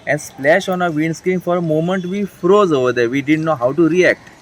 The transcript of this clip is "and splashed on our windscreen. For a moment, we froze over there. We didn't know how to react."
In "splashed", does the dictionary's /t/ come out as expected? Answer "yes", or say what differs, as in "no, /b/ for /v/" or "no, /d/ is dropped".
no, /t/ is dropped